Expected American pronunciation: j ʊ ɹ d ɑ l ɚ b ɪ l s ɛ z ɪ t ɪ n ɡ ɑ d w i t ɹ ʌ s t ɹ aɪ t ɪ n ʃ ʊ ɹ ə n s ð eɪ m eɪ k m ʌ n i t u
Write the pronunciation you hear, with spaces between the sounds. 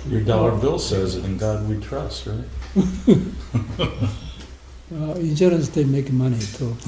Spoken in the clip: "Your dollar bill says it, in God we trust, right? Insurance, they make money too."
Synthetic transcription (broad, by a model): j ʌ ɹ d ɑ l ɚ b ɪ l s ɛ z ɪ t ɪ n ɡ ɑ d w i t ɹ ʌ s t ɹ aɪ t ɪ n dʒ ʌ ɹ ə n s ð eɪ m eɪ k m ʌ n i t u